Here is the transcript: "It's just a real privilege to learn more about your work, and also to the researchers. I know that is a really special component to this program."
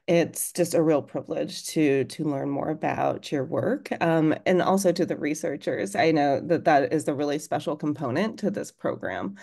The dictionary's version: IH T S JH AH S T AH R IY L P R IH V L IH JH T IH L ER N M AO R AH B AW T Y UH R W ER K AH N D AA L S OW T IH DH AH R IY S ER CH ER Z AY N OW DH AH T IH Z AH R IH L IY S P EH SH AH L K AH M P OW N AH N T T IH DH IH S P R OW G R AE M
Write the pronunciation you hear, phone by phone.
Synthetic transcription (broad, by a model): IH T S JH AH S T AH R IY L P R IH V L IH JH T IH L ER N M AO R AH B AW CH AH R W ER K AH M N AA L S OW T IH DH AH R IY S ER CH ER Z AY N OW DH AH T IH Z AH R IH L IY S P EH SH L K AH M P OW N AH N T T IH DH IH S P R OW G R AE M